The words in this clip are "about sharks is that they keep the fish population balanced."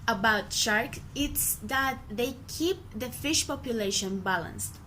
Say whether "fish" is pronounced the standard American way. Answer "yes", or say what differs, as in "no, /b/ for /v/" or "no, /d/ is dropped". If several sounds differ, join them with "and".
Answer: yes